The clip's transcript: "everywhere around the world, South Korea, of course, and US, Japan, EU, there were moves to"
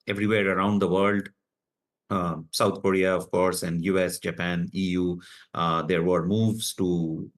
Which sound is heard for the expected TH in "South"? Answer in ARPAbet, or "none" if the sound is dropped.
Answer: T